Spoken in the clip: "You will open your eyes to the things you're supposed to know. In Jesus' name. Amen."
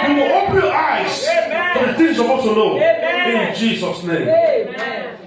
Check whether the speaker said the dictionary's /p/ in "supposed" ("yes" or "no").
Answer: no